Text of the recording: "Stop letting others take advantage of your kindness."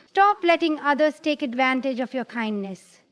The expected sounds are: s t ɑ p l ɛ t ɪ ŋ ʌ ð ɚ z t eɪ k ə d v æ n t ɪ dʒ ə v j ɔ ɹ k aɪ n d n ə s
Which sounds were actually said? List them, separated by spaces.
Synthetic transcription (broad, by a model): s t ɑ p l ɛ t ɪ ŋ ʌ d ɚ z t eɪ k ə d v æ n t ɪ dʒ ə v j ɔ ɹ k aɪ n d n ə s